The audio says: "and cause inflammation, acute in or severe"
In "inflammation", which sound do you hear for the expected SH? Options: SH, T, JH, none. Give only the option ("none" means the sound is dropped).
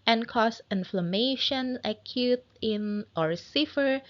SH